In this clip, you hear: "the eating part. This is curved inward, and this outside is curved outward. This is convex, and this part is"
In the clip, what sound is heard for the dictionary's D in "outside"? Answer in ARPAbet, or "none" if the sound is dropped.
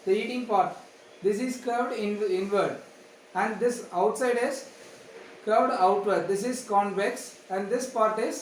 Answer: D